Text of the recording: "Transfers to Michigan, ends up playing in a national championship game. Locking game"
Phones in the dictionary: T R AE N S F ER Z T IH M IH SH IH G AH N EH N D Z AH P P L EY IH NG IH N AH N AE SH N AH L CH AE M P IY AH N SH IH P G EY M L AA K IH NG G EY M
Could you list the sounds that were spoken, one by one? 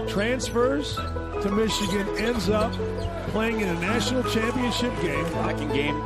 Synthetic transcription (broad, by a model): T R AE N S F ER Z T IH M IH SH IH G AH N EH N D Z AH P P L EY IH NG IH N AH N AE SH N L CH AE M P IY AH N SH IH P G EY M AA K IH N G EY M